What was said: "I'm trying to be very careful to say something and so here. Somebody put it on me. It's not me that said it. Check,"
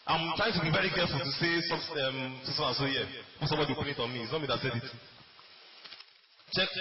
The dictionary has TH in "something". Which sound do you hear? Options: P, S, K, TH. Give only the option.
S